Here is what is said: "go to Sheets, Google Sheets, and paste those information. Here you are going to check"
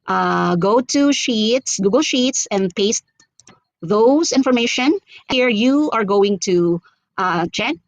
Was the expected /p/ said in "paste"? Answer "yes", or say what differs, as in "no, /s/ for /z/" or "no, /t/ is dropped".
yes